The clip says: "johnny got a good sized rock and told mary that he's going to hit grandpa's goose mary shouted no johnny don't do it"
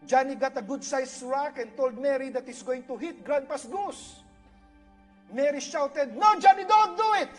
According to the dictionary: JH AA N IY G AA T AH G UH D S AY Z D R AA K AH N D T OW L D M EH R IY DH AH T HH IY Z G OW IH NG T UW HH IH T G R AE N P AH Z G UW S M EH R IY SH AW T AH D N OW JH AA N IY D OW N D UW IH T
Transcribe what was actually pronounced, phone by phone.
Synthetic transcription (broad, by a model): JH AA N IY G AA T AH G UH D S AY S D R AA K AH N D T OW L D M EH R IY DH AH T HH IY S G OW IH NG T UW HH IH T G R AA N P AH S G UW S M EH R IY SH AW T AH D N OW JH AA N IY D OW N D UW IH T